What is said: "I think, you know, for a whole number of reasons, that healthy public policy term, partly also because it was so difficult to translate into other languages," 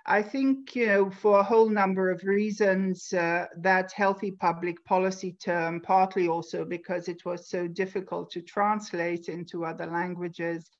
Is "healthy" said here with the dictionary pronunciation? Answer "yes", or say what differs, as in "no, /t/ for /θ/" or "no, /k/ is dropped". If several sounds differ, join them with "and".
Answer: yes